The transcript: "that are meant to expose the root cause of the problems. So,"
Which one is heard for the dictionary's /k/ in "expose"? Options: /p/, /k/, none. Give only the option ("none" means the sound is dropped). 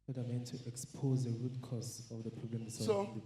/k/